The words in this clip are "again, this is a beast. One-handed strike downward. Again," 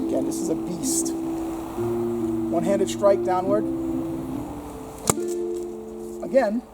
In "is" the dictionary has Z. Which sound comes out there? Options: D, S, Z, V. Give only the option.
Z